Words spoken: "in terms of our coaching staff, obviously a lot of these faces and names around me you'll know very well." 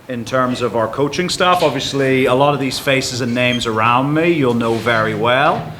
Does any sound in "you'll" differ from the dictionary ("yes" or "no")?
no